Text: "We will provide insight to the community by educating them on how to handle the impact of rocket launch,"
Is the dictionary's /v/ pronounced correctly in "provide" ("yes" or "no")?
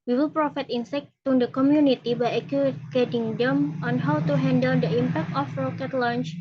no